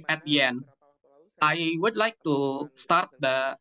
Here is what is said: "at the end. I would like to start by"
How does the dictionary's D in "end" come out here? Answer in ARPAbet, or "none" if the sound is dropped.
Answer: none